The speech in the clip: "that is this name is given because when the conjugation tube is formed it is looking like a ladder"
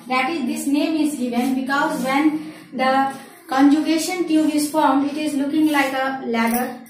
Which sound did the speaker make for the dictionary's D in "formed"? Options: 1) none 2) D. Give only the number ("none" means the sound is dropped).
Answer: 1